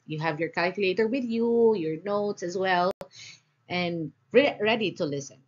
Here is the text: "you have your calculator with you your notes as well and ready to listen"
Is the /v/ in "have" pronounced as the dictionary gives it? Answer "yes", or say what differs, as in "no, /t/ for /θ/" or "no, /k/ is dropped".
yes